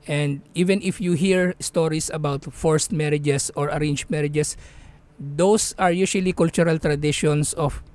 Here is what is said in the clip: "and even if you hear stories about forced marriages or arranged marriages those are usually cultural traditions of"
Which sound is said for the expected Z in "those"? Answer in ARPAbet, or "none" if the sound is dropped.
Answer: S